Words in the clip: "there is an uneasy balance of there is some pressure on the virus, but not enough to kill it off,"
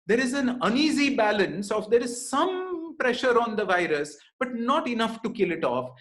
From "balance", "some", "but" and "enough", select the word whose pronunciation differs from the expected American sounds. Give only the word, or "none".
none